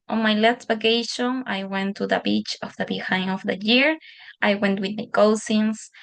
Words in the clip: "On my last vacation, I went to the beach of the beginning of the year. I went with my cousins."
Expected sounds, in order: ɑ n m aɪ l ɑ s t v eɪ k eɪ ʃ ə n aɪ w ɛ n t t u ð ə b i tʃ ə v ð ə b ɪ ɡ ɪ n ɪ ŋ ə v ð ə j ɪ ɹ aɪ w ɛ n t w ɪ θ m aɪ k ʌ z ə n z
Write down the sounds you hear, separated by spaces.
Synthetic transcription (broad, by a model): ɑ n m aɪ l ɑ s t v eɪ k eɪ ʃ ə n aɪ w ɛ n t t u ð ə b i tʃ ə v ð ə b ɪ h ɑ ɪ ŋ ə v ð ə j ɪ ɹ aɪ w ɛ n t w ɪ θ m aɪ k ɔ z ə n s